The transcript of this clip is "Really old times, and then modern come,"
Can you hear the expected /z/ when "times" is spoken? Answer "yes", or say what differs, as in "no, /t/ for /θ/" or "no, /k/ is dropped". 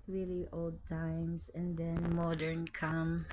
no, /s/ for /z/